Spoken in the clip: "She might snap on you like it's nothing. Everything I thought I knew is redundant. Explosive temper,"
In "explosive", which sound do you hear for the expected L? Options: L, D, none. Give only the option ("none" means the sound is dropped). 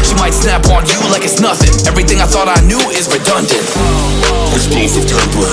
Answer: none